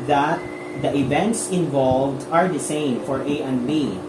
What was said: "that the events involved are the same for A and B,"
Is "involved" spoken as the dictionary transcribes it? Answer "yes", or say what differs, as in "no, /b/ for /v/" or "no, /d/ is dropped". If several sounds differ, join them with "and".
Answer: yes